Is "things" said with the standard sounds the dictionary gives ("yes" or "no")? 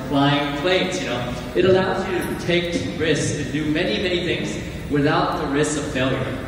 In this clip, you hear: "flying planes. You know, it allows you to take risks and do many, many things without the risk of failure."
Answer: yes